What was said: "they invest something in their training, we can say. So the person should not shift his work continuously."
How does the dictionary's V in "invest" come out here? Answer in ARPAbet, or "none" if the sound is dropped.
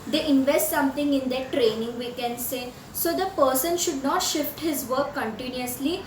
V